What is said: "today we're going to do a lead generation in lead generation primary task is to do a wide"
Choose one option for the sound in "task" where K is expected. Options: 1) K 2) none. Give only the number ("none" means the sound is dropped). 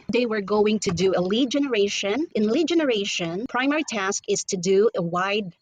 1